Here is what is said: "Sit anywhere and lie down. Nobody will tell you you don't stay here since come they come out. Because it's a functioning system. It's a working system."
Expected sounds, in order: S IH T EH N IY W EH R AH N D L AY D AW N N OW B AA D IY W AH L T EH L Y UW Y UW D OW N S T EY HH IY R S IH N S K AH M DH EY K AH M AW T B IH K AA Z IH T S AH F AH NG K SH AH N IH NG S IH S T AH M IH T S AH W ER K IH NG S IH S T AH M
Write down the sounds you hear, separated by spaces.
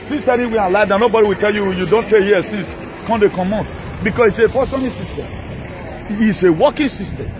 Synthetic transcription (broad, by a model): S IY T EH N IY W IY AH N L AY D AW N N OW B AA D IY W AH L T EH L Y UW Y UW D OW N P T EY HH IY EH S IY N S K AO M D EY K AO M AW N B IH K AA S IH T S AH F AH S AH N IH S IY S T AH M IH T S AH W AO K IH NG S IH S T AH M